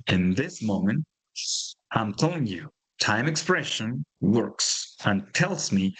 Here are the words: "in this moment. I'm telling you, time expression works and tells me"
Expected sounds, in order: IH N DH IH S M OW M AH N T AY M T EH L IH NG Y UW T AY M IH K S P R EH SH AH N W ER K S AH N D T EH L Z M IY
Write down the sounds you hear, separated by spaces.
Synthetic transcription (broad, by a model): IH N DH IH S M OW M AH N T AY M T EH L IH NG Y UW T AY M IH K S P R EH SH AH N W ER K S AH N T EH L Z M IY